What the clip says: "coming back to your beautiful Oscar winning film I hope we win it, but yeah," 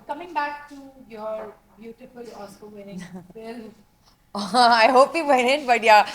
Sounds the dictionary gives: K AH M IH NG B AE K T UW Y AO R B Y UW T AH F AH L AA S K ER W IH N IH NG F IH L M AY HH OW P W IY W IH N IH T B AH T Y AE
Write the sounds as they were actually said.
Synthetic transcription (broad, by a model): K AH M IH NG B AE K T UW Y AO R B Y UW T AH F AH L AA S AO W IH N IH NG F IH L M AY HH OW P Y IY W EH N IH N B AH T Y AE